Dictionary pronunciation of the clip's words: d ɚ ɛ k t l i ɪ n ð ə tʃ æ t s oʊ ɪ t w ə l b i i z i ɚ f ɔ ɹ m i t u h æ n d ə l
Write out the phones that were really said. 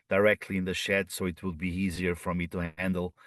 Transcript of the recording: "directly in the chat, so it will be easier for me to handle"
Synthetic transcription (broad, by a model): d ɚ ɛ k t l i ɪ n ð ə ʃ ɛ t s oʊ ɪ t w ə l b i i z i ɚ f ɔ ɹ m i t u h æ n d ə l